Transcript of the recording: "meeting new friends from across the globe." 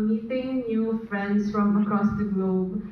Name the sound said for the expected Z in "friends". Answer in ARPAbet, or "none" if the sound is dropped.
S